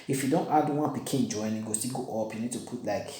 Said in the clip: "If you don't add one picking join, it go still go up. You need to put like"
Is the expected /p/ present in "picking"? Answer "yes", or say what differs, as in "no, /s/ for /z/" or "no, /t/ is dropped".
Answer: no, /b/ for /p/